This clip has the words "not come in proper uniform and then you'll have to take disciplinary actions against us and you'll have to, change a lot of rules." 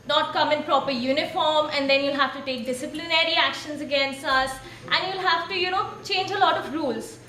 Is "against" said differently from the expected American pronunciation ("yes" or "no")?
no